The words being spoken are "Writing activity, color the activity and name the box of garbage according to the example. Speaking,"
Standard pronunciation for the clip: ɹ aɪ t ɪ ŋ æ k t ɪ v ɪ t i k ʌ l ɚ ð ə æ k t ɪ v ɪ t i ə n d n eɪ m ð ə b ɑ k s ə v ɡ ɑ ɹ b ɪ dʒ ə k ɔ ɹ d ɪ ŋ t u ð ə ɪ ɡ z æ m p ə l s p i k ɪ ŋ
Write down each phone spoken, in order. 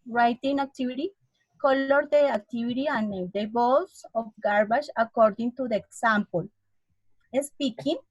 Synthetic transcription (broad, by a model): ɹ aɪ t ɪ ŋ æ k t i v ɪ t i k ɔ l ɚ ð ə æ k t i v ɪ t i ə n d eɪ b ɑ s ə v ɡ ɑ ɹ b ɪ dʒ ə k ɔ ɹ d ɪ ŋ t u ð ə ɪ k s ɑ m p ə l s p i k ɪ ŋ